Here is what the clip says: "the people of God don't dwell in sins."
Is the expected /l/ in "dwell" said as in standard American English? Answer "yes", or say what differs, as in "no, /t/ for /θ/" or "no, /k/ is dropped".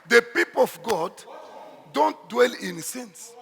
yes